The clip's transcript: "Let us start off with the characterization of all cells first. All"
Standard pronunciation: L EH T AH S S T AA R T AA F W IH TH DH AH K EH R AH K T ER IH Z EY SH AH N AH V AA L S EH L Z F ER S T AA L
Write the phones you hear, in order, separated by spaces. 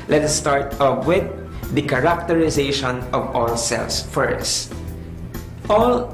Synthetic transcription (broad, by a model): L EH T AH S S T AA R T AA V W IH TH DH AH K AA R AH K T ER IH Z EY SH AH N AH V AA L S EH L S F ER S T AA L